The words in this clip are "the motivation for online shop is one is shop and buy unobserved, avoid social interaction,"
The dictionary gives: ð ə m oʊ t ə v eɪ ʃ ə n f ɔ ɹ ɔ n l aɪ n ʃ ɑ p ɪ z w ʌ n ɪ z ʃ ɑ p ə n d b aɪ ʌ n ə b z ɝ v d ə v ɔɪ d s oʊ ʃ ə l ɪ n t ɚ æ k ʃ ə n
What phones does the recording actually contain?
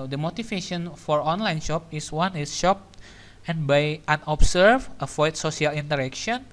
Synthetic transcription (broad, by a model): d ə m oʊ t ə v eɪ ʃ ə n f ɔ ɹ ɔ n l aɪ n ʃ ɑ p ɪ s w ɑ n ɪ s ʃ ɑ p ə n b aɪ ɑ n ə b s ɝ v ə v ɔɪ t s oʊ s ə l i n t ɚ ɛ k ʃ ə n